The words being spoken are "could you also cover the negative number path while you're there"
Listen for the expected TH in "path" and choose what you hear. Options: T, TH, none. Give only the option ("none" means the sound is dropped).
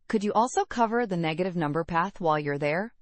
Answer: TH